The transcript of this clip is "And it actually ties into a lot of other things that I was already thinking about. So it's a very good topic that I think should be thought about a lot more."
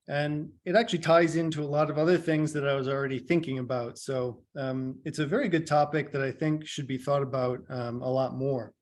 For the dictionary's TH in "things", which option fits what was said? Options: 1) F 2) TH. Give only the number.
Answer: 2